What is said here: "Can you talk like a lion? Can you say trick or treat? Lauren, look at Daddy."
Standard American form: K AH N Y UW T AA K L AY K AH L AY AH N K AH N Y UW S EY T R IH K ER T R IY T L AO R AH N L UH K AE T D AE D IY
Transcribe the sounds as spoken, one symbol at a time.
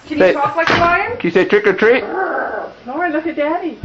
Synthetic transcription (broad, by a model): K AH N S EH T AA K L AY K AH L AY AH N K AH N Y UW S EY T R IH K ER T R IY T N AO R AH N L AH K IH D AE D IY